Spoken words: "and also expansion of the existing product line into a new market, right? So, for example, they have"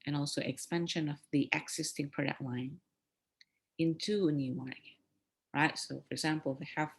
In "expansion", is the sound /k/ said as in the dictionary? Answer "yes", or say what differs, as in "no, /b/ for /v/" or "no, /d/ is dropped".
yes